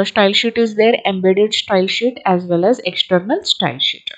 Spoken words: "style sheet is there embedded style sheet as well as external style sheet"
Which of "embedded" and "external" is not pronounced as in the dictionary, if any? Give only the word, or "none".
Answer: none